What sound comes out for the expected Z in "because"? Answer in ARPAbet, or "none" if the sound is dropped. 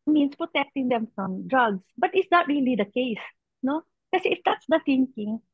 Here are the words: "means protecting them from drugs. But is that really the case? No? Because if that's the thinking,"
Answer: none